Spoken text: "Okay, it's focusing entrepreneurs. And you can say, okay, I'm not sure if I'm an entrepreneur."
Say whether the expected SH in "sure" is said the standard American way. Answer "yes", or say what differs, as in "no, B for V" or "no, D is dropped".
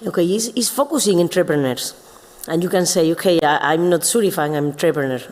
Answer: no, S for SH